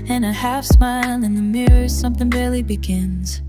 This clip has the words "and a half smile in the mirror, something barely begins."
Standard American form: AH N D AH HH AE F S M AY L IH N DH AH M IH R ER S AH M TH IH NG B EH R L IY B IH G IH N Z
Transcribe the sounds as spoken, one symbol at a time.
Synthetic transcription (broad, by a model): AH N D AH HH AE F S M AY L IH N DH AH M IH R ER S AH M TH IH NG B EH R L IY B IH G IH N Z